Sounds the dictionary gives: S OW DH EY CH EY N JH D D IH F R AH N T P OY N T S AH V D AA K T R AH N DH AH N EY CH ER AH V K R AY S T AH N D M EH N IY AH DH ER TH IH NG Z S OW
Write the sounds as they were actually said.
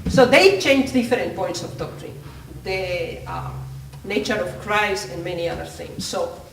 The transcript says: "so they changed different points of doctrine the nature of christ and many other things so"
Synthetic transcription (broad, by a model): S OW DH EY CH EY N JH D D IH F R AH N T P OY N T S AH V D AA K T R AH N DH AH N EY CH ER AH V K R AY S AH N M EH N IY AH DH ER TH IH NG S OW